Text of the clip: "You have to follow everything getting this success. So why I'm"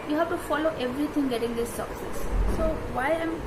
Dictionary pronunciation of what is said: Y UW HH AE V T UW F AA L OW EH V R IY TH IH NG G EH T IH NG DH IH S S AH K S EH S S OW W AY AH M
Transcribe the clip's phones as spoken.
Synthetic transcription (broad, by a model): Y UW HH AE F T UW F AA L OW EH V R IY T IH NG G EH T IH NG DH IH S S AH K S EH S S OW W AY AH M